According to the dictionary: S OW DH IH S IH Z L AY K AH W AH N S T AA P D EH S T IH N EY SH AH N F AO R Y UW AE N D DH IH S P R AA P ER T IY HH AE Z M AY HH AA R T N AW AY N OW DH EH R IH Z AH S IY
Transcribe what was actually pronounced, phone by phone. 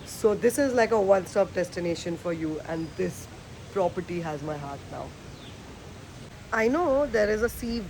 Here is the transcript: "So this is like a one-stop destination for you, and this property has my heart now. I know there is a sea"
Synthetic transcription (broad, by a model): S OW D IH S IH Z L AY K AH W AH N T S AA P D EH S T IH N EY SH AH N F AO R Y UW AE N D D IH S P R AA P ER T IY HH AE Z M AY HH AA R T N AW AY N OW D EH R IH Z AH S IY